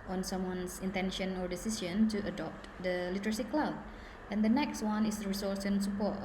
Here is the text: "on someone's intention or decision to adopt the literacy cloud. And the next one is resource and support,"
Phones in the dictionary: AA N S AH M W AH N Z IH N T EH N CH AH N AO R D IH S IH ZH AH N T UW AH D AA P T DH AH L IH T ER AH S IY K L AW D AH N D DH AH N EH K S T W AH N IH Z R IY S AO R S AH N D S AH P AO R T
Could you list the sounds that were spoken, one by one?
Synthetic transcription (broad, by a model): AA N S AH M W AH N S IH N T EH N SH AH N AO R D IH S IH S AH N T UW AH D AA P T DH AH L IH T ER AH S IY K L AW D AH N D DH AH N EH K S T W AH N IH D R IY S AO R S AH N S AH P AO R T